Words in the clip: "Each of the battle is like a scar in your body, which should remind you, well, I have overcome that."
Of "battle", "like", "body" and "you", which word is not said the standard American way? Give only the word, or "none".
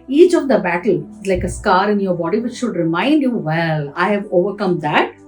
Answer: none